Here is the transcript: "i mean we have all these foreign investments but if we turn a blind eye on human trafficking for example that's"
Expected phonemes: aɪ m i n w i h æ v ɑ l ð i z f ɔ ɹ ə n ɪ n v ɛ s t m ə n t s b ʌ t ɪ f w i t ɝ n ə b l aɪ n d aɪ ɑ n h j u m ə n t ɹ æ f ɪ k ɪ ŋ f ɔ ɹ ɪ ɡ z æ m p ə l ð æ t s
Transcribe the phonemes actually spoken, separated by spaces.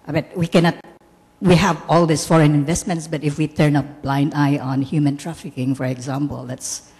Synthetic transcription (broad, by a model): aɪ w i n w i h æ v ɑ l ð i s f ɔ ɹ ə n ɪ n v ɛ s t m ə n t s b ʌ t ɪ f w i t ɝ n ə b l aɪ n d aɪ ɑ n h j u m ə n t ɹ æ f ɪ k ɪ ŋ f ɔ ɹ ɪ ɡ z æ m p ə l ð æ t s